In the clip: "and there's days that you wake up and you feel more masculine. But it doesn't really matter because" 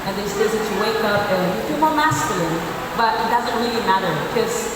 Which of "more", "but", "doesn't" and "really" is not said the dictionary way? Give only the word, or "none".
none